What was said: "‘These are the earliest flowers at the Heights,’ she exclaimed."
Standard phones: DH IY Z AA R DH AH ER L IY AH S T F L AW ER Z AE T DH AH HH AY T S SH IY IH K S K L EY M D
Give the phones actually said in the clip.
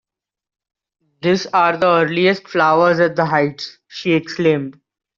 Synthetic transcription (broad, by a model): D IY S AA R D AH ER L IY AH S T F L AW ER Z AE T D AH HH AY T S SH IY IH K S K L EY M D